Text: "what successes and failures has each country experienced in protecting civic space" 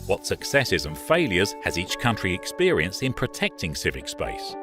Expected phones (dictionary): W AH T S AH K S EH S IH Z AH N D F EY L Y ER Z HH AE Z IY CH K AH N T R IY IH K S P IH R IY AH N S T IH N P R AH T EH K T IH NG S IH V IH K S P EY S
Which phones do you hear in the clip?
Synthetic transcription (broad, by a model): W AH T S AH K S EH S IH Z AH N F EY L Y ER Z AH Z IY CH K AH N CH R IY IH K S P IH R IY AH N S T IH N P R AH T EH K T IH NG S IH V IH K S P EY S